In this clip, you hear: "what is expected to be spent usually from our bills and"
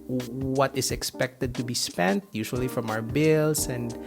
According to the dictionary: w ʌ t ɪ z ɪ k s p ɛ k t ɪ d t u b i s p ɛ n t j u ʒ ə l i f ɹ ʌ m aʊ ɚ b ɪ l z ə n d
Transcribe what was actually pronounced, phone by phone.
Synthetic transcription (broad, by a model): w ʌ t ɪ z ɪ k s p ɛ k t ɪ d t u b i s p ɛ n t j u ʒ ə l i f ɹ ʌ m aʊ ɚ b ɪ l s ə n d